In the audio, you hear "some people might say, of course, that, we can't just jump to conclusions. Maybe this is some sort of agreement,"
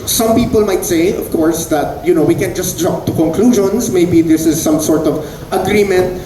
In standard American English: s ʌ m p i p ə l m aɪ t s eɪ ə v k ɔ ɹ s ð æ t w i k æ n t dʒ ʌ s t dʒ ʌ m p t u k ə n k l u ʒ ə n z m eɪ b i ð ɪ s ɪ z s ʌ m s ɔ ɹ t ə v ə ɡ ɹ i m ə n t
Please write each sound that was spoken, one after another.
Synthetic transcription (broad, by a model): s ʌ m p i p ə l m aɪ t s eɪ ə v k ɔ ɹ s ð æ t w i k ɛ n dʒ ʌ s t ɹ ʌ p t u k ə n k l u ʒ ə n s m eɪ b i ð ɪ s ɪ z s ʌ m s ɔ ɹ t ə v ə ɡ ɹ i m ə n t